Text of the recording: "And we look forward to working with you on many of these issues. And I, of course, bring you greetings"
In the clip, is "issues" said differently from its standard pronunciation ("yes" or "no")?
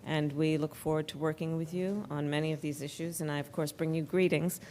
no